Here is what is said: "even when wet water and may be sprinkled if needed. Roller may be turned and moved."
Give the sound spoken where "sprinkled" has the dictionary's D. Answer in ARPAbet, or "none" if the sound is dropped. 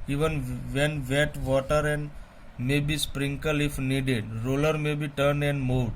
none